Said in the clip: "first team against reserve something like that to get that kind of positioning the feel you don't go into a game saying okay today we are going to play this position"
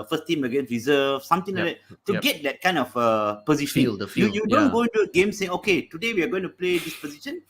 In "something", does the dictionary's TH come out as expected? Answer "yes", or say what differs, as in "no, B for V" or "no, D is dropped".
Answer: no, T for TH